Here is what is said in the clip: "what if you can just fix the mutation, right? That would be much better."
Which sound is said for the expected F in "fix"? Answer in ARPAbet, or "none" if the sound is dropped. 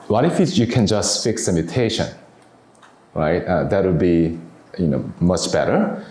F